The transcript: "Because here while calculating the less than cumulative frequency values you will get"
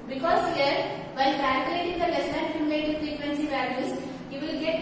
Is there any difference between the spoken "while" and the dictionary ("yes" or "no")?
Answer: yes